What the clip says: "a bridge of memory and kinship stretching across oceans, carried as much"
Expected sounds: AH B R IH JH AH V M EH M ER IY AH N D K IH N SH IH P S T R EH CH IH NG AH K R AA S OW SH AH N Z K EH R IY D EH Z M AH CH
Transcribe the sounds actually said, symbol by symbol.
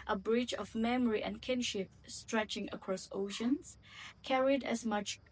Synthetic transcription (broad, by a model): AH B R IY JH AH V M EH M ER IY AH N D K IH N SH IH P S T R EH CH IH NG AH K R AA S OW SH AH N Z K EH R IY D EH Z M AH CH